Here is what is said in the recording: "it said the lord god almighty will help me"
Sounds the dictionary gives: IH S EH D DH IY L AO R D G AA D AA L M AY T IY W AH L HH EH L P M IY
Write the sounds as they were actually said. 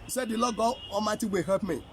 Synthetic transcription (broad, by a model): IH S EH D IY L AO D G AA AA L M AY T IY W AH HH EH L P M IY